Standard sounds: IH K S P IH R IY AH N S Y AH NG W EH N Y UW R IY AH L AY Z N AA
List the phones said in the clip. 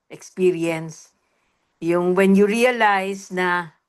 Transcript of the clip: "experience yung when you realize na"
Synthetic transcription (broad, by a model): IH K S P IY R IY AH N S Y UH NG W EH N Y UW R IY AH L AY S N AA